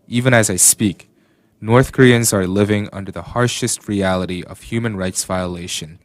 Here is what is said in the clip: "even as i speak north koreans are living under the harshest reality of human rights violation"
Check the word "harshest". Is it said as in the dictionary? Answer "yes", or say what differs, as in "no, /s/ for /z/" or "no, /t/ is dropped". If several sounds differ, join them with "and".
yes